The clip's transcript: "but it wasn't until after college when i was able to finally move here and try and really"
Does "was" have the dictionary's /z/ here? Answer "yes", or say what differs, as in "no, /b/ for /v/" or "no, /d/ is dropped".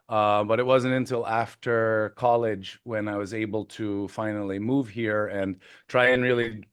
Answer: yes